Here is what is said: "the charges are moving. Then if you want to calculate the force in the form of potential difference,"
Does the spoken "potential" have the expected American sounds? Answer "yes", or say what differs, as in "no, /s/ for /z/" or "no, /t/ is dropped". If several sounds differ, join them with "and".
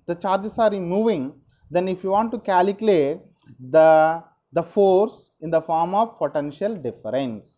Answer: yes